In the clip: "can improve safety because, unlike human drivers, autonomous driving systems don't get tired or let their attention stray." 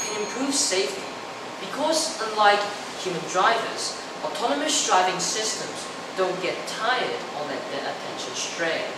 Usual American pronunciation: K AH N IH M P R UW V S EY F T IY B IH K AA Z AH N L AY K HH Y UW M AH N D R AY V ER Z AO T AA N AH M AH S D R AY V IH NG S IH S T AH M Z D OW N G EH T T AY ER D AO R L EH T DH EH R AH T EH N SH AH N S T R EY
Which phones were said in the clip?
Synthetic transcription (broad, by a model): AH IH M P R UW V S EY F T IY B IH K AA Z AH N L AY K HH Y UW M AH N D R AY V ER Z AO T AA N AH M AH S D R AY V IH NG S IH S T AH M Z D OW N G EH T T AY ER D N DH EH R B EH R AH T EH N SH AH N S T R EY